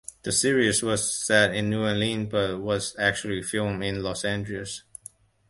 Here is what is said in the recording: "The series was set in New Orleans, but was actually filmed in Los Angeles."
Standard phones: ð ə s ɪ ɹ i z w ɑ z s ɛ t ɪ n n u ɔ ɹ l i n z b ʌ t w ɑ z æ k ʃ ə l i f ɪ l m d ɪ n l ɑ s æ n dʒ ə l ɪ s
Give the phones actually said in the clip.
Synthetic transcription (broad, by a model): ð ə s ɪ ɹ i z w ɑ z s ɛ t ɪ n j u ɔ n l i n b ʌ t w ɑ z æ k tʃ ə l i f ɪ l m ɪ n l ɑ s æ n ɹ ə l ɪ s